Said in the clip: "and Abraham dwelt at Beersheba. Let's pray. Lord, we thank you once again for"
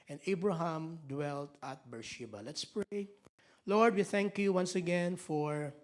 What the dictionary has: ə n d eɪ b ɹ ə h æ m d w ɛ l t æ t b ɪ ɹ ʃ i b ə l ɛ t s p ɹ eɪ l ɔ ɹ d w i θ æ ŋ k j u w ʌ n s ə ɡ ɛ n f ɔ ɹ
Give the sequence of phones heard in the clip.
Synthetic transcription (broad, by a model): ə n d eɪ b ɹ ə h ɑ m d w ɛ l t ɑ t b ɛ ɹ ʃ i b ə l ɛ t s p ɹ eɪ l ɔ ɹ d w i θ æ ŋ k j u w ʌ n s ə ɡ ɛ n f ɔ ɹ